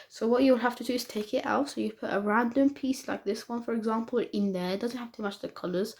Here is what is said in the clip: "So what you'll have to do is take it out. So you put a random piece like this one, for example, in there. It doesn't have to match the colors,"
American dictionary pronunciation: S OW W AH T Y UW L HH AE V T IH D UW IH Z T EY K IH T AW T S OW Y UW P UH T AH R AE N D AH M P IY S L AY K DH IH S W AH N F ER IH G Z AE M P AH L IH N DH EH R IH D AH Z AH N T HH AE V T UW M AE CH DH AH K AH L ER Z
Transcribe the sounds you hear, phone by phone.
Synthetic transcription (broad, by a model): S OW W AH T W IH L HH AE F T IH D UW IH Z T EY K IH T AW T S OW Y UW P UH T AH R AE N D AH M P IY S L AY K DH IH S W AH N F ER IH G Z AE M P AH L IH N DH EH R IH D AH Z AH N T HH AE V T UW M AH CH DH AH K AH L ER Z